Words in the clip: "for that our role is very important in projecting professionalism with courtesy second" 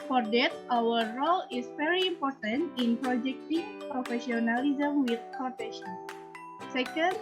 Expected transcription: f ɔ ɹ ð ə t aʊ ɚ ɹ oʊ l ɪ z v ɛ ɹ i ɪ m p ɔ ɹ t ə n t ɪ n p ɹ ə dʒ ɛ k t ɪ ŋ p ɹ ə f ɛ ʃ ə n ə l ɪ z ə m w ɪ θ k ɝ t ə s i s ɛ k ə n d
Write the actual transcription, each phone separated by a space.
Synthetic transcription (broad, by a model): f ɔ ɹ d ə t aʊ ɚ ɹ oʊ l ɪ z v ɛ ɹ i ɪ m p ɔ ɹ t ə n t ɪ n p ɹ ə dʒ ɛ k t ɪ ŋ p ɹ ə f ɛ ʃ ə n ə l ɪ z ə m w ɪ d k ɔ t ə ʃ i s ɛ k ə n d